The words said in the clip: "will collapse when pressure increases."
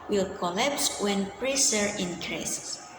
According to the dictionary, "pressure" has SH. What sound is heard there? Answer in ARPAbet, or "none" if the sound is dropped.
S